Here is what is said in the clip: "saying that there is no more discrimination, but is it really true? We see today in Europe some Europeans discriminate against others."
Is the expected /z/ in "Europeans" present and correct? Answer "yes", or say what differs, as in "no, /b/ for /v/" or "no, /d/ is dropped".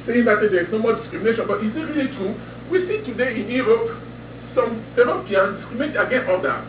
no, /z/ is dropped